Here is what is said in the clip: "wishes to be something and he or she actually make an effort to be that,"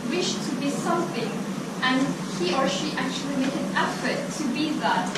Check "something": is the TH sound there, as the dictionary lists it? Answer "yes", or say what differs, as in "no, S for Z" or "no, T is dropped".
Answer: yes